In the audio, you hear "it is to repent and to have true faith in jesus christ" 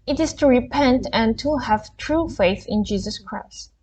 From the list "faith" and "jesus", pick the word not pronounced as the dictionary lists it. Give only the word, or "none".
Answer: none